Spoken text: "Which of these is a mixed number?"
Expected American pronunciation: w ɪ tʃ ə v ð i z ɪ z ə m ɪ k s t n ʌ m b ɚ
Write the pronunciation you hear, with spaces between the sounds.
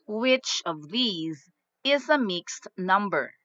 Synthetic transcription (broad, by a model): w ɪ tʃ ə v ð i z ɪ z ə m ɪ k s t n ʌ m b ɚ